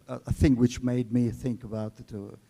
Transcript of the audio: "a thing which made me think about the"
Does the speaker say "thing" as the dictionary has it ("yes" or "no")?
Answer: yes